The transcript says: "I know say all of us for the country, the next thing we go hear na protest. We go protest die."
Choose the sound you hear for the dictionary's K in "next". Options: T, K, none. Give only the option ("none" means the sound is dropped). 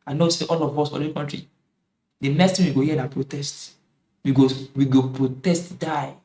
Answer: none